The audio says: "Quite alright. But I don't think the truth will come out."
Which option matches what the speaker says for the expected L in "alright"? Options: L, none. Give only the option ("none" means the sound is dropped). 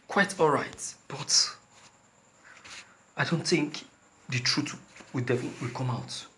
L